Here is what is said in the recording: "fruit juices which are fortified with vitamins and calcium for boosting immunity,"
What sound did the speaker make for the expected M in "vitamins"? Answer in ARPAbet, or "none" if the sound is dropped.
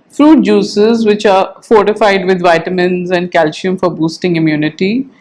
M